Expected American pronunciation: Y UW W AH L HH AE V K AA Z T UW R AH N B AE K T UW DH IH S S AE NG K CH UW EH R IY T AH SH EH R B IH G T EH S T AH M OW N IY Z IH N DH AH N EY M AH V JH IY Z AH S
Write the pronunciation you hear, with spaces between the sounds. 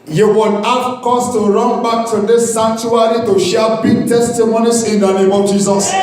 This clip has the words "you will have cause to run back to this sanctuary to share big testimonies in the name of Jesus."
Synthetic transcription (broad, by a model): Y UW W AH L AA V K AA S T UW R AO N B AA K T UW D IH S S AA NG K CH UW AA R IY T AH SH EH B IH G T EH S T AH M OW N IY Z IH N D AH N EY M AH V JH IY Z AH S